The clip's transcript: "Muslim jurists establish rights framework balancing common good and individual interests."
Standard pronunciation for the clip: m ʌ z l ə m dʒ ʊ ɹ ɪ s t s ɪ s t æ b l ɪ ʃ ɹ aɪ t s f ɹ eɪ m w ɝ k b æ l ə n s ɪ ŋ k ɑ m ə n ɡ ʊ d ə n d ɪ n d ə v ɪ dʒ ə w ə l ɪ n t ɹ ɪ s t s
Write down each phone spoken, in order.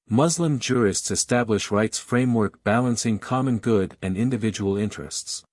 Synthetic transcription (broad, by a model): m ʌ z l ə m dʒ ʊ ɹ ɪ s t s ɪ s t æ b l ɪ ʃ ɹ aɪ t s f ɹ eɪ m w ɝ k b æ l ə n s ɪ ŋ k ɑ m ə n ɡ ʊ d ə n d ɪ n d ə v ɪ dʒ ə w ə l ɪ n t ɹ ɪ s t s